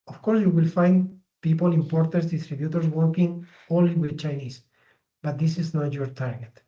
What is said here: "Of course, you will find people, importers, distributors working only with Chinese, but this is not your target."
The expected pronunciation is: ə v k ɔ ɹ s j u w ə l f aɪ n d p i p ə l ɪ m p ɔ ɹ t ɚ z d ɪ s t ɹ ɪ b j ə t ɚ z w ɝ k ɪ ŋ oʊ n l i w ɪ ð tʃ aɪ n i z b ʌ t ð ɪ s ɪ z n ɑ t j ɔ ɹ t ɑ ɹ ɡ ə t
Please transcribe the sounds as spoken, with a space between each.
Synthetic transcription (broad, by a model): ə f k ɔ ɹ s j u w ə l f aɪ n d p i p ə l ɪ m p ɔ ɹ t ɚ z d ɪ s t ɹ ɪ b j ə t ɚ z w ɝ k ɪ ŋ oʊ l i w ɪ ð tʃ aɪ n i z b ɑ t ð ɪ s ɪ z n ɑ t j ɔ ɹ t ɑ ɹ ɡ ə t